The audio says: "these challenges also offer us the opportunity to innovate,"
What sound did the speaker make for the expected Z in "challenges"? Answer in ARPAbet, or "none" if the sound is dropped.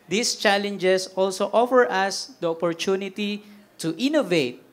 S